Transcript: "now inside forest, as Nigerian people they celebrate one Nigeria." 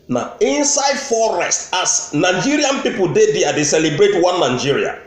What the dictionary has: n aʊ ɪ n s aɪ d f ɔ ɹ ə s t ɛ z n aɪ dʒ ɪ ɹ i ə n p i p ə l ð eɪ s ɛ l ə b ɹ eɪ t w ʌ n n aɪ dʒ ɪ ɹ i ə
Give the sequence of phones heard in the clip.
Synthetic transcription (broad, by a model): n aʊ ɪ n s aɪ d f ɔ ɹ ə s t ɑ s n aɪ dʒ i ɹ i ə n p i p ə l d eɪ s ɛ l ə b ɹ eɪ t w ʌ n n aɪ dʒ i ɹ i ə